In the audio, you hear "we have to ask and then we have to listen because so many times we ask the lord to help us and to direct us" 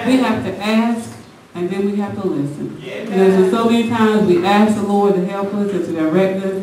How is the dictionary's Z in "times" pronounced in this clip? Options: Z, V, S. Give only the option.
Z